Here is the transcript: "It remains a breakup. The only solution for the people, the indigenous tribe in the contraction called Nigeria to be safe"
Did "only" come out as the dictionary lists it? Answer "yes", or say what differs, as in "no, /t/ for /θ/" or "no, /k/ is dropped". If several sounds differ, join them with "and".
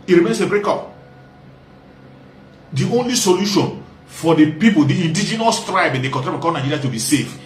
yes